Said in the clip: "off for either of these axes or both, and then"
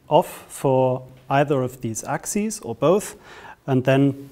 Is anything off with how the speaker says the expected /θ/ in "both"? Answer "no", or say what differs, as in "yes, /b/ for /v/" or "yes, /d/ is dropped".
no